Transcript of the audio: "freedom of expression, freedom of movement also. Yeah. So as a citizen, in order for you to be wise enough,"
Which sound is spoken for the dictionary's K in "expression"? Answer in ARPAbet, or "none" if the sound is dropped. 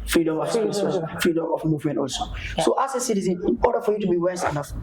none